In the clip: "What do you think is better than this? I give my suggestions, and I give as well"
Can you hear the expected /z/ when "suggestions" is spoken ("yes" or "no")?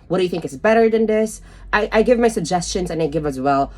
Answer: yes